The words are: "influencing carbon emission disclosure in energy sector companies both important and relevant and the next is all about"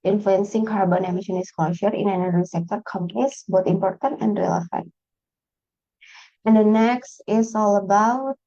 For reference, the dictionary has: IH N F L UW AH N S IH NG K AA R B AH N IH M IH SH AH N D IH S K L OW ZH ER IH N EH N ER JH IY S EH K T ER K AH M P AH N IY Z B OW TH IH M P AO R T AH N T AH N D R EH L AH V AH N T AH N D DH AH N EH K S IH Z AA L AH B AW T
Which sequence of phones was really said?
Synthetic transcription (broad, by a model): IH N F L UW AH N S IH NG K AA R B AH N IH M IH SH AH N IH S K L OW SH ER IH N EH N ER IY S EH K T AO K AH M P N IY S B OW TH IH M P AO R T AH N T AH N D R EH L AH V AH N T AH N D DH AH N EH K S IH S AA L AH B AW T